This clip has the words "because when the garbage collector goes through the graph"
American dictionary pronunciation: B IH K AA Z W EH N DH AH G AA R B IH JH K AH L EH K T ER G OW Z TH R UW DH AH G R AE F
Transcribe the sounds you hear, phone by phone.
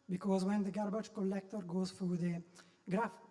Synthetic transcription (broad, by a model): B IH K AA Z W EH N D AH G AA R B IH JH K AH L EH K T ER G OW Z F R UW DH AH G R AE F